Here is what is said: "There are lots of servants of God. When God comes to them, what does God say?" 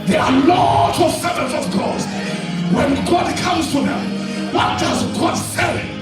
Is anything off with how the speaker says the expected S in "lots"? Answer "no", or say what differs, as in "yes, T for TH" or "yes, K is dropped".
yes, S is dropped